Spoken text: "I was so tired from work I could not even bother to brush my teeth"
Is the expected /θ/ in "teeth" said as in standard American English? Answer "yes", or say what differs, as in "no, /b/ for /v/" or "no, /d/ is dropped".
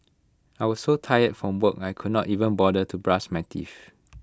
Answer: no, /f/ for /θ/